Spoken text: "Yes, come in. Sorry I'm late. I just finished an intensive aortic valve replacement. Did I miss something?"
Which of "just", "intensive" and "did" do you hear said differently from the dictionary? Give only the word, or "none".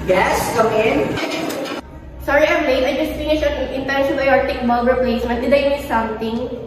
intensive